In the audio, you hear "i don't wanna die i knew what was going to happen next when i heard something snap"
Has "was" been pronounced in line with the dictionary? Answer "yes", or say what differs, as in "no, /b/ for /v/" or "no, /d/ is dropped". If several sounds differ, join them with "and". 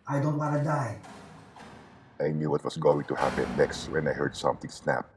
no, /s/ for /z/